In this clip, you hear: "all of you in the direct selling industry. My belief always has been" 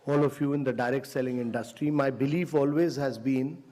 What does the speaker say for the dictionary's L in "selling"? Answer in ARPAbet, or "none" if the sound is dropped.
L